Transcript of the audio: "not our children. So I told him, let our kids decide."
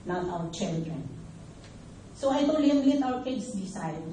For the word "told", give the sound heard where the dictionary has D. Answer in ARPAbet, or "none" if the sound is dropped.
none